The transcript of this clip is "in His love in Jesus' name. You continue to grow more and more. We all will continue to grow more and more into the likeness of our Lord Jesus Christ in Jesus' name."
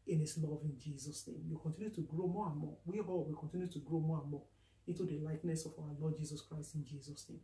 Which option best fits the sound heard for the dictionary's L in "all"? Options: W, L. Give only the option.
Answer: W